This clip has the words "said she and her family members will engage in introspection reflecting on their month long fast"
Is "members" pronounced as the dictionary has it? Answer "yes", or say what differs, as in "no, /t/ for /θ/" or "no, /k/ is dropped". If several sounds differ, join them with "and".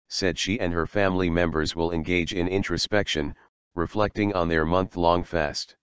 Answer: yes